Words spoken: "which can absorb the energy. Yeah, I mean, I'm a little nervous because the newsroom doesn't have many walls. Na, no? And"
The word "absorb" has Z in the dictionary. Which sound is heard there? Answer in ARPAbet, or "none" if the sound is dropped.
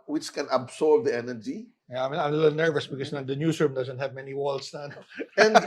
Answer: S